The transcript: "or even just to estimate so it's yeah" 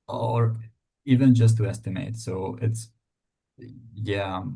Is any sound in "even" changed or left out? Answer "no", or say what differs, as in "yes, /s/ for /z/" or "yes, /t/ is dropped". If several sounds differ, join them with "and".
no